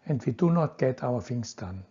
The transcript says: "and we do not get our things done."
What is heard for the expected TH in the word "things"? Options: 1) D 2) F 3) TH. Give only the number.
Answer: 2